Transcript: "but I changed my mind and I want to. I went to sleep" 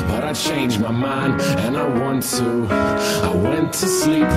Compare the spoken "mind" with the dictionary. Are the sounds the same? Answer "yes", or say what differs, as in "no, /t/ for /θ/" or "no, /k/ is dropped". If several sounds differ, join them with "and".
no, /d/ is dropped